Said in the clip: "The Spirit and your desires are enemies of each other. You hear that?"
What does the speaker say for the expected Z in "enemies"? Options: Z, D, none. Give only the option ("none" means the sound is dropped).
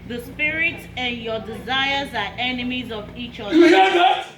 Z